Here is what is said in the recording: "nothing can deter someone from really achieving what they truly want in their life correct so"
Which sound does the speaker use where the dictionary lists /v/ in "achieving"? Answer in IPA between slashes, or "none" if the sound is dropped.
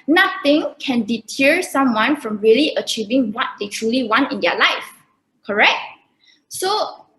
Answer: /v/